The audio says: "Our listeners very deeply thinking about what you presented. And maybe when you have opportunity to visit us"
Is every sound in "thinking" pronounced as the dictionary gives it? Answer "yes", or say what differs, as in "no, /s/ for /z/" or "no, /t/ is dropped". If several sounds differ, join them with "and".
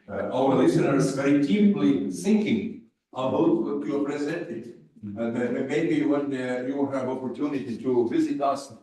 no, /s/ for /θ/